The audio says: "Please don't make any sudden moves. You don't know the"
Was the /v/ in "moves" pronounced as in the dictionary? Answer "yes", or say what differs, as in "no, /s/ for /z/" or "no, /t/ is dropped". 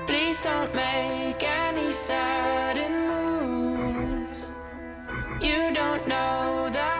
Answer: no, /v/ is dropped